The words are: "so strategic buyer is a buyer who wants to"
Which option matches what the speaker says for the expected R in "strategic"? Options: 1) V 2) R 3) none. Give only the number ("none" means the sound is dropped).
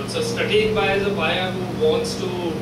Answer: 3